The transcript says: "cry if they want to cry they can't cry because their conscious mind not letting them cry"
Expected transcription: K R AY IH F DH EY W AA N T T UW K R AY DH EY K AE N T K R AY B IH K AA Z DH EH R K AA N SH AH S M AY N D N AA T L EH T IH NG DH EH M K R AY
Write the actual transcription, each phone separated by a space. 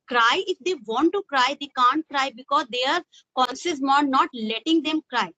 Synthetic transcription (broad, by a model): K R AY IH F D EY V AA N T T UW K R AY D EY K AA N T K R AY B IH K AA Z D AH R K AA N S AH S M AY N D N AA T L EH T IH NG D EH M K R AY